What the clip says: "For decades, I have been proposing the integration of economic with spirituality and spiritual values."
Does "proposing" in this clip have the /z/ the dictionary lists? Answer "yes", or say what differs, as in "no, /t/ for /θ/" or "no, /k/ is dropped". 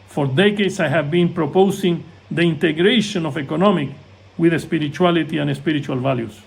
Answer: no, /s/ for /z/